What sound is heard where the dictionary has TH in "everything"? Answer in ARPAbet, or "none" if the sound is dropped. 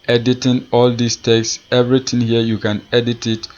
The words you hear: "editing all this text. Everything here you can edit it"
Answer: T